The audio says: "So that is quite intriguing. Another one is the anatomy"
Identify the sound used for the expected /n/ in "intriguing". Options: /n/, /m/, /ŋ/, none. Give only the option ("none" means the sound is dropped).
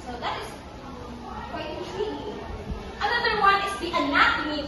none